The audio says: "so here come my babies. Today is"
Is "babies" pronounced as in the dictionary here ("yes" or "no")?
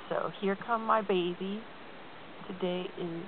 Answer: no